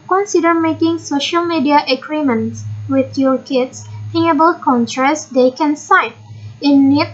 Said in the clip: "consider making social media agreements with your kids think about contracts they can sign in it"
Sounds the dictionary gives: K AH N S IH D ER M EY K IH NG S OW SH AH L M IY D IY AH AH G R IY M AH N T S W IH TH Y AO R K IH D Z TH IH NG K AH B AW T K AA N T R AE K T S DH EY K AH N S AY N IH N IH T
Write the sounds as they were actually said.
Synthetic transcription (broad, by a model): K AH N S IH D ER M EY K IH NG S OW SH AH L M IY D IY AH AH G R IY M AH N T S W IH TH Y AO R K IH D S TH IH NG AH B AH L K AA N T R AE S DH EY K AH N S AY N IH N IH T